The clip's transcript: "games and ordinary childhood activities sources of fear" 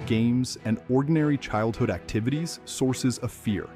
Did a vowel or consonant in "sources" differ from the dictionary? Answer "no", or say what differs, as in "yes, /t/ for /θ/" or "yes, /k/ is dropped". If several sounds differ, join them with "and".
no